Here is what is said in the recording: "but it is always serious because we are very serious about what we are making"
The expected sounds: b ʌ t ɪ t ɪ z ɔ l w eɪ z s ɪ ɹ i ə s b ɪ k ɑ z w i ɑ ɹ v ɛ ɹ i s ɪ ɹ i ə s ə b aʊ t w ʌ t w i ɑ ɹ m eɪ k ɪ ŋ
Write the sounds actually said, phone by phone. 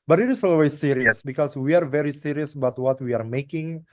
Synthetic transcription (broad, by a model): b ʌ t ɪ t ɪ s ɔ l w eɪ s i ɹ i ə s b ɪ k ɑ s w i ɑ ɹ v ɛ ɹ i s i ɹ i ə s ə b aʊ t w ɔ t w i ɑ ɹ m eɪ k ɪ ŋ